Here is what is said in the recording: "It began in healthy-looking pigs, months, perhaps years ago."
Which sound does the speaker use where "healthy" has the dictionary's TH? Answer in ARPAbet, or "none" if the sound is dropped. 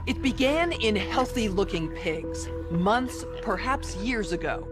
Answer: TH